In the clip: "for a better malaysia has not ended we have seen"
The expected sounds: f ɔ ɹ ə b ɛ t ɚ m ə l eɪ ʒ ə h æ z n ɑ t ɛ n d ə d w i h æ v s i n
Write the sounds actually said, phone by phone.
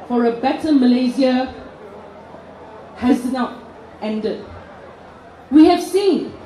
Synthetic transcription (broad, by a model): f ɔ ɹ ə b ɛ t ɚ m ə l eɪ z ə h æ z n ɑ t ɛ n d ə d w i h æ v s i n